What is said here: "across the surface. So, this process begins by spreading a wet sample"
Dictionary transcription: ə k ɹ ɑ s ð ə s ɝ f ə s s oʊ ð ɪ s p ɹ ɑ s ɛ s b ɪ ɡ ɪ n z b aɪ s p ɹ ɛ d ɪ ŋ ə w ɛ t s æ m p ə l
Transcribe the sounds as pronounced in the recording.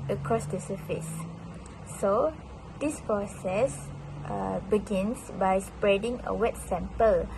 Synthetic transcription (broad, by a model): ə k ɹ ɑ s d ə s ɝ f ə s s oʊ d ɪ s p ɹ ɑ s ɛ s b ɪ ɡ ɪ n s b aɪ s p ɹ ɛ d ɪ ŋ ə w ɛ t s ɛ m p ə l